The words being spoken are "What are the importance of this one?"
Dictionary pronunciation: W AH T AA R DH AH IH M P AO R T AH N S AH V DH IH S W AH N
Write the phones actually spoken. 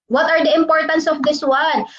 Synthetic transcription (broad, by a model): W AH T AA R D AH IH M P AO R T AH N S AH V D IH S W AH N